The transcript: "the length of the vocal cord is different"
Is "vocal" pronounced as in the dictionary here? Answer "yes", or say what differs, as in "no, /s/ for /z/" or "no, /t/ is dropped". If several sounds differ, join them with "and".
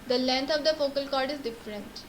no, /f/ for /v/